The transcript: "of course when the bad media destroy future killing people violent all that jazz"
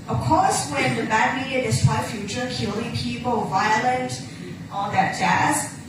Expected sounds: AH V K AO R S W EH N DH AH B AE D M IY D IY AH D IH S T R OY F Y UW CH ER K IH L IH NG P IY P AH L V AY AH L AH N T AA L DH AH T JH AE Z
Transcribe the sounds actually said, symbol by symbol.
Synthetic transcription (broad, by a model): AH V K AO R S W EH N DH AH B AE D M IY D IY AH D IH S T W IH F Y UW CH ER K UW L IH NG P IY P AH L V AY AH L AH N T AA N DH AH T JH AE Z